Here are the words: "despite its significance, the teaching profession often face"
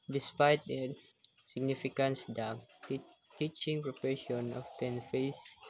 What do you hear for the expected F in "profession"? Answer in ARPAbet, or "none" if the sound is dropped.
P